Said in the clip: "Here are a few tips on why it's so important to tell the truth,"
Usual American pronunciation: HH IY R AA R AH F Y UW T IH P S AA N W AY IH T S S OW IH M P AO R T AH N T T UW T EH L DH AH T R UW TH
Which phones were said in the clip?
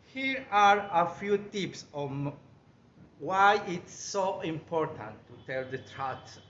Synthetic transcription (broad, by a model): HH IY R AA R AH F Y UW T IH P S AA N W AY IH T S S OW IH M P AO R T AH N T T UW T EH L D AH T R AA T